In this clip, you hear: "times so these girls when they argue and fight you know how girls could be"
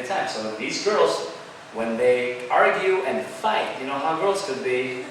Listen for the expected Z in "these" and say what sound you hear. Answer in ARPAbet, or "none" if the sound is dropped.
Z